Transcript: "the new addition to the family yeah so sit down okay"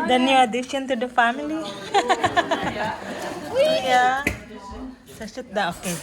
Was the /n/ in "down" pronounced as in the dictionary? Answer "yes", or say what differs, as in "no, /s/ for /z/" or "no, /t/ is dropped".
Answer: no, /n/ is dropped